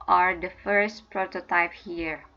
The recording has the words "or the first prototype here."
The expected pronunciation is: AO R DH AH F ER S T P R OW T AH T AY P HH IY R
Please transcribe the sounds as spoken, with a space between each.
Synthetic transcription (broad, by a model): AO R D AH F ER S T P R OW T AH T AY P HH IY R